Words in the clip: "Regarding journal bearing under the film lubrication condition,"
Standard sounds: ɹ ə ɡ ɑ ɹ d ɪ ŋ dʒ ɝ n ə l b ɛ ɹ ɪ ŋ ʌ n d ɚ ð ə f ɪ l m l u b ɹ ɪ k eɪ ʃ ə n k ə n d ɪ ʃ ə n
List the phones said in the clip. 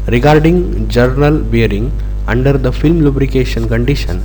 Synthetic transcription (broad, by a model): ɹ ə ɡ ɑ ɹ d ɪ ŋ dʒ ɝ n ə l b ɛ ɹ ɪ ŋ ʌ n d ɚ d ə f ɪ l m l u b ɹ ɪ k eɪ ʃ ə n k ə n d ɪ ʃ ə n